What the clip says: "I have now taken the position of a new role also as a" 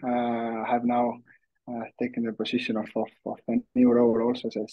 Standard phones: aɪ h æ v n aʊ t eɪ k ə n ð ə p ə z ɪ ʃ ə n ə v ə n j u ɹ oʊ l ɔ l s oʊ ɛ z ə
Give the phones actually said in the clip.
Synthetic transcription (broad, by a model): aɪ h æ v n aʊ t eɪ k ə n ð ə p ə s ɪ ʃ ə n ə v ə n j u ɹ oʊ l ɔ l s oʊ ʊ s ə